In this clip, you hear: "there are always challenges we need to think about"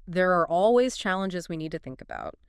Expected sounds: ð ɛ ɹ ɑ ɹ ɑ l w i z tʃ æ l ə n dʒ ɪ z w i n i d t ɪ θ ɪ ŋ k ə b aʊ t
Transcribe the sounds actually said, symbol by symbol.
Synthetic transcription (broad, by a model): ð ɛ ɹ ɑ ɹ ɑ l w i z tʃ æ l ə n dʒ ɪ z w i n i d t ɪ θ ɪ ŋ k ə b aʊ t